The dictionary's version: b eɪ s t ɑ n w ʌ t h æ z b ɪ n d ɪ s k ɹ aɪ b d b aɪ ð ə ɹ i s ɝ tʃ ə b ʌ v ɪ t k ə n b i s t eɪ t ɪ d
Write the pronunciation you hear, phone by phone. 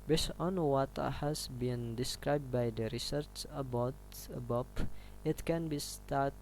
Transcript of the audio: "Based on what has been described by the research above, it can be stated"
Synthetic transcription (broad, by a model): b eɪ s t ɑ n w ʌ t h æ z b ɪ n d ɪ s k ɹ aɪ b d b aɪ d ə ɹ i s ɝ tʃ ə b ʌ p ɪ t k ə n b i s t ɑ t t